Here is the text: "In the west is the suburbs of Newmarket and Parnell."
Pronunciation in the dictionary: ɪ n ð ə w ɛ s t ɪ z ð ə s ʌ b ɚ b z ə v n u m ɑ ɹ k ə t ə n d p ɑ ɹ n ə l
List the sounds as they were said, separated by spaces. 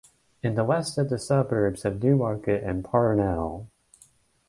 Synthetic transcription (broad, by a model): ɪ n ð ə w ɛ s t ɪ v ð ə s ʌ b ɚ b z ə v n u m ɑ ɹ k ə t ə n p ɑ ɹ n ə l